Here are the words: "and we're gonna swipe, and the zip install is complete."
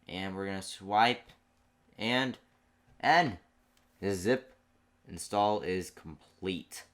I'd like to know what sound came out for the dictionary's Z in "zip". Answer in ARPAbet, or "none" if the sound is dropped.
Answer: Z